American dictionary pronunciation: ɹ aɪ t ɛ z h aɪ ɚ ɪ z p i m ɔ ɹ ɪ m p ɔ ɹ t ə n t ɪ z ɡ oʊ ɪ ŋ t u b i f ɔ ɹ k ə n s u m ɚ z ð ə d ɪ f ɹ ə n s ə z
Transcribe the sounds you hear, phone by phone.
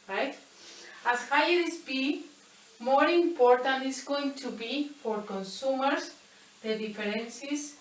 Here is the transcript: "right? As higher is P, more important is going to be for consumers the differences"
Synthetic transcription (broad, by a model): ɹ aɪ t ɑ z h aɪ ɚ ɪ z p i m ɔ ɹ ɪ m p ɔ ɹ t ə n t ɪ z ɡ oʊ ɪ ŋ t u b i f ɔ ɹ k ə n s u m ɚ s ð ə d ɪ f ɹ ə n s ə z